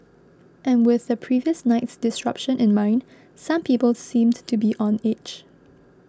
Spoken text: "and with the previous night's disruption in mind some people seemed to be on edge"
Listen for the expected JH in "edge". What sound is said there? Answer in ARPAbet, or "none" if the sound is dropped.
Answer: CH